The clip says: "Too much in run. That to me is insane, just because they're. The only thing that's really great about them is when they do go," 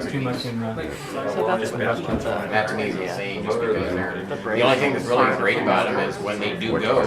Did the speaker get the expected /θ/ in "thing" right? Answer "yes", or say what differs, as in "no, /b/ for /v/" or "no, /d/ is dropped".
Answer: yes